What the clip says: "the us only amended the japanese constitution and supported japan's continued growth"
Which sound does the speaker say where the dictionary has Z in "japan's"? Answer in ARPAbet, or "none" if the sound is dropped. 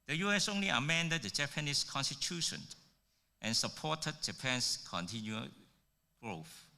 S